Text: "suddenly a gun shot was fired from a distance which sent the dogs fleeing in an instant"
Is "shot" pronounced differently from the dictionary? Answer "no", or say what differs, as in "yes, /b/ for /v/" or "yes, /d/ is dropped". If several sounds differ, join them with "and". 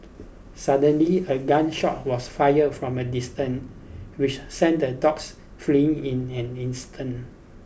no